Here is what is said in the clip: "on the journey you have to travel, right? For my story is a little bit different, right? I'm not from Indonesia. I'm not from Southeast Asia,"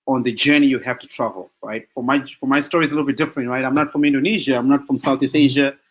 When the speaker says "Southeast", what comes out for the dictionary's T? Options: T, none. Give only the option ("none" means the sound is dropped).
none